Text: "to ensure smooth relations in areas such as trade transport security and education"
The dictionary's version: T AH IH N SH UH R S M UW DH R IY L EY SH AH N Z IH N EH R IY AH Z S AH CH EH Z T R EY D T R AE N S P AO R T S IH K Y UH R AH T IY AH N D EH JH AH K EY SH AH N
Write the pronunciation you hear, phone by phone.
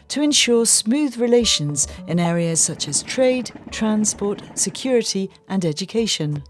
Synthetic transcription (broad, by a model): T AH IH N SH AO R S M UW DH R IY L EY SH AH N Z IH N EH R IY AH Z S AH CH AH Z T R EY D T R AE N S P AO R T S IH K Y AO R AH T IY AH N EH JH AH K EY SH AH N